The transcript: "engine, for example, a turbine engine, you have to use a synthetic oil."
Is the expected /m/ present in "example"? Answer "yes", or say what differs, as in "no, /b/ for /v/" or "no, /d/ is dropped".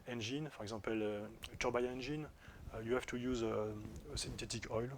no, /m/ is dropped